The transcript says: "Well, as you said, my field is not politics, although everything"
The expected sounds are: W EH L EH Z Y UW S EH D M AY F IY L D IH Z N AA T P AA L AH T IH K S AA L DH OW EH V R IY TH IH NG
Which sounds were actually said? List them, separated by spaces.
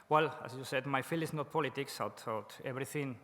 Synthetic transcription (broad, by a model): W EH L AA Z Y UW S EH D M AY F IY L IH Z N AA T P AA L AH T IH K S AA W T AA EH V R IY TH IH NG